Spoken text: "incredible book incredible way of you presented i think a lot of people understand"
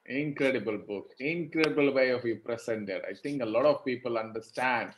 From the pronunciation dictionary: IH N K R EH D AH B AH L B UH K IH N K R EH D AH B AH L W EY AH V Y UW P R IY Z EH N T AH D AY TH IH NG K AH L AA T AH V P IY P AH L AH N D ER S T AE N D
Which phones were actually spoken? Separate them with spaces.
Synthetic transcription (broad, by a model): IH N K R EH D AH B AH L B UH K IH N K R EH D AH B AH L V EY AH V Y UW P R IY S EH N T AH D AY T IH NG K AH L AA T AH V P IY P AH L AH N D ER S T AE N D